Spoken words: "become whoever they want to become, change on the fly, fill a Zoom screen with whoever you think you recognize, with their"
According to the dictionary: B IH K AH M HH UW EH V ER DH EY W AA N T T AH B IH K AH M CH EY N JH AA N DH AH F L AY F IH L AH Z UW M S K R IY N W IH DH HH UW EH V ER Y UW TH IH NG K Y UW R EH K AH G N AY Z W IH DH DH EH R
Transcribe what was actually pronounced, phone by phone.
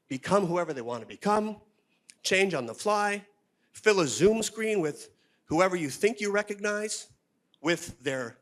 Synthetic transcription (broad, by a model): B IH K AH M HH UW EH V ER DH EY W AA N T T AH B IH K AH M CH EY N JH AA N DH AH F L AY F IH L AH Z UW M S K R IY N W IH DH HH UW EH V ER Y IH TH IH NG K Y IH R EH K AH G N AY Z W IH DH DH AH R